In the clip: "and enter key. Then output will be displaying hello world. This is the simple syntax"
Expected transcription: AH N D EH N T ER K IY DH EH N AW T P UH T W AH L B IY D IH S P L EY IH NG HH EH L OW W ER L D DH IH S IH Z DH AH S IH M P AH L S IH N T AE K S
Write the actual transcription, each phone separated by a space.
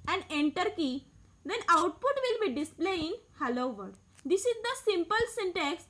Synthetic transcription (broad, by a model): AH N D EH N T ER K IY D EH N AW T P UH T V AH L B IY D IH S P L EY IH NG HH EH L OW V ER D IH S IH Z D AH S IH M P AH L S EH N T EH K S